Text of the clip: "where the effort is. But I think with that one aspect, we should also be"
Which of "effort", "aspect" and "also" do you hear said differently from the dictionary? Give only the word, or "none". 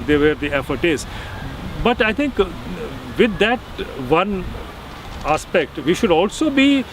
none